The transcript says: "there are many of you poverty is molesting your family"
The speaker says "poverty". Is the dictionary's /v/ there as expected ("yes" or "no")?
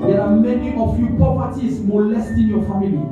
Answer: no